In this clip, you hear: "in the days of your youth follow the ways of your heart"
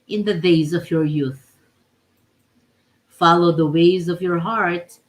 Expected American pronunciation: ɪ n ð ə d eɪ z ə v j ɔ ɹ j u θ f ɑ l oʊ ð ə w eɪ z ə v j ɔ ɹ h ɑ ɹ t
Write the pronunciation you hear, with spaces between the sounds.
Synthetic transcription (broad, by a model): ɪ n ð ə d eɪ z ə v j ɔ ɹ j u θ f ɑ l oʊ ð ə w eɪ z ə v j ɔ ɹ h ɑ ɹ t